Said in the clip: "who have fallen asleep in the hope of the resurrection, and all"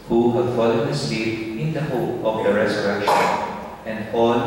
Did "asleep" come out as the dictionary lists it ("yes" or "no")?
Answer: no